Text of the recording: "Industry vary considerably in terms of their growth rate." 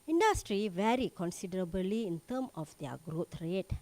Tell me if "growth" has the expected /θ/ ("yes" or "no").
no